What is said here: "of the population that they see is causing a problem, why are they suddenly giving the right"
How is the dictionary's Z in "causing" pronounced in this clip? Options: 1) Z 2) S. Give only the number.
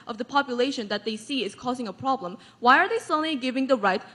1